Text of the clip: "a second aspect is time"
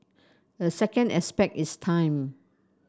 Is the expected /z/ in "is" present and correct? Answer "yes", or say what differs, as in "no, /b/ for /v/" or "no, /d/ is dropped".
no, /s/ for /z/